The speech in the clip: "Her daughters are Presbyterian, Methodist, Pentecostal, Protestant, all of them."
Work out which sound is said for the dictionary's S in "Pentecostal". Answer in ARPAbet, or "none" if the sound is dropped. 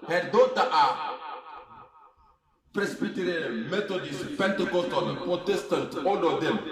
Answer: none